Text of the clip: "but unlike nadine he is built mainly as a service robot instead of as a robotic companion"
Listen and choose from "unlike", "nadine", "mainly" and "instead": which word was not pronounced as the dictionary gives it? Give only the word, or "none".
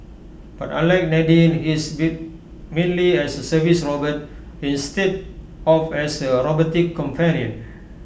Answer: unlike